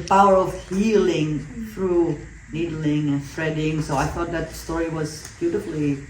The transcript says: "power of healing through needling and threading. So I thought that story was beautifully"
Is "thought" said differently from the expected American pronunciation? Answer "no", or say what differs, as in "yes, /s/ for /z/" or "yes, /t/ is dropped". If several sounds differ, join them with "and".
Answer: no